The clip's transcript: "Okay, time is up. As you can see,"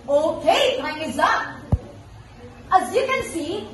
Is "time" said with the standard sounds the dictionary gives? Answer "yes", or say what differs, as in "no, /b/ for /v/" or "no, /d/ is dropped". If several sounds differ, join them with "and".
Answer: no, /m/ is dropped